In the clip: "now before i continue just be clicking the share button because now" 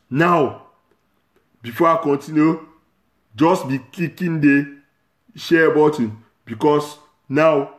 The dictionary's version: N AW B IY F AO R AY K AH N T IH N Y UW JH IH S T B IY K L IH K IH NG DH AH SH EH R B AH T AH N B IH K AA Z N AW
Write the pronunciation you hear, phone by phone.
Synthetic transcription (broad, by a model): N AW B IY F AO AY K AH N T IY N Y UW JH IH S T B IY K IY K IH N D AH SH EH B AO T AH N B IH K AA S N AW